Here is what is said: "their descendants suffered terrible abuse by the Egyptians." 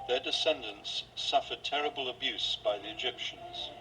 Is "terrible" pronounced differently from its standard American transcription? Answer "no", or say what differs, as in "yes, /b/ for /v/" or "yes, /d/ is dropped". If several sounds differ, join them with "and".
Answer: no